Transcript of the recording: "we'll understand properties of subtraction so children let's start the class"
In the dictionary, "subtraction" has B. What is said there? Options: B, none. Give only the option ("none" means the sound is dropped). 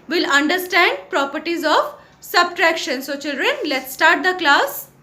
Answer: B